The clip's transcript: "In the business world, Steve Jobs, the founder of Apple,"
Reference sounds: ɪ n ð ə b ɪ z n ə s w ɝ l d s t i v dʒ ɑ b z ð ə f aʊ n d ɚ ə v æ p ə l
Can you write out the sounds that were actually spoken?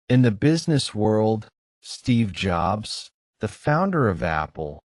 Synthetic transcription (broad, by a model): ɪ n ð ə b ɪ z n ə s w ɝ l d s t i v dʒ ɑ b z ð ə f aʊ n d ɚ ə v æ p l